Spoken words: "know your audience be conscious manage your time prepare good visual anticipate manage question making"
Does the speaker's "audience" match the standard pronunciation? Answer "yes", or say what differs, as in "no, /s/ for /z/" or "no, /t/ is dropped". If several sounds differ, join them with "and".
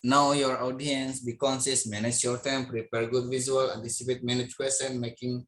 yes